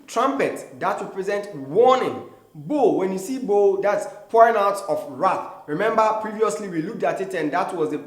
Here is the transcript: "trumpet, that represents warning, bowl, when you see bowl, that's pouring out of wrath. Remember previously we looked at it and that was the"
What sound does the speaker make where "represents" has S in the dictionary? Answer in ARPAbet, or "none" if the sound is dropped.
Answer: none